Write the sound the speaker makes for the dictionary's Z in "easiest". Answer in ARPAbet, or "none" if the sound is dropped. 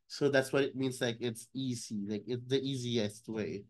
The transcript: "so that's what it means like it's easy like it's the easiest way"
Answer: Z